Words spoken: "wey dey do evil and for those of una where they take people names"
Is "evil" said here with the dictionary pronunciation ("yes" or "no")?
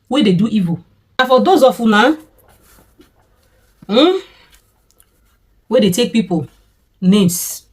no